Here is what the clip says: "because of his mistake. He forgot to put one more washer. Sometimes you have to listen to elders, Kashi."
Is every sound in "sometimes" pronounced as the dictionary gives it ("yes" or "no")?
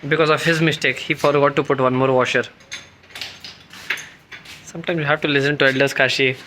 no